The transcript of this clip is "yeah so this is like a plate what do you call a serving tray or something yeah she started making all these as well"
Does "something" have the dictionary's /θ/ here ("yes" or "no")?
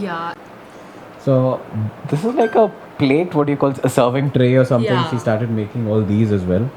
no